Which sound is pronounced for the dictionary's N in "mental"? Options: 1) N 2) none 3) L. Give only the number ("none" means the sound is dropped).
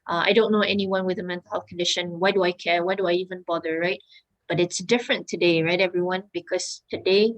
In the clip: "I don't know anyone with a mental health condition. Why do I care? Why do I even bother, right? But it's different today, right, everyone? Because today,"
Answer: 1